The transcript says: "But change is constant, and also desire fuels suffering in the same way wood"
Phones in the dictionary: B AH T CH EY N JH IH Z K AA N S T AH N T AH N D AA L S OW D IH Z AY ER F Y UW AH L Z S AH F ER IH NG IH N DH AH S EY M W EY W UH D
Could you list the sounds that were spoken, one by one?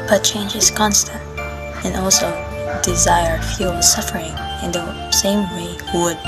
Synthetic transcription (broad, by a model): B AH T CH EY N JH IH Z K AA N S T AH N T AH N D AA L S OW D IH Z AY ER F Y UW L S AH F ER IH NG IH N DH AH S EY M W EY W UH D